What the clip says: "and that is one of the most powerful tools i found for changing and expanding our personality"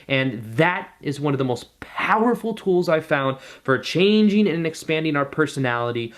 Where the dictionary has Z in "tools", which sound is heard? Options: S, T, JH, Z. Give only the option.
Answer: Z